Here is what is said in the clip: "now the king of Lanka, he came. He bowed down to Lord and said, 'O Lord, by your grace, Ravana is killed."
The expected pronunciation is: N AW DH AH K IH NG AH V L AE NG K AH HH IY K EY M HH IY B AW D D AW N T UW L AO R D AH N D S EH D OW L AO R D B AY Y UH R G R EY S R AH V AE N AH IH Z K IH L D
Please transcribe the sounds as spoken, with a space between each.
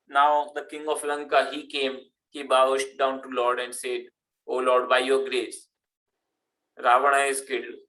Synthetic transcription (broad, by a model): N AW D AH K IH NG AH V L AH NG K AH HH IY K EY M HH IY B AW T D AW N T UW L AO R D AH N D S EH D OW L AO R D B AY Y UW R G R EY S R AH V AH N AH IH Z K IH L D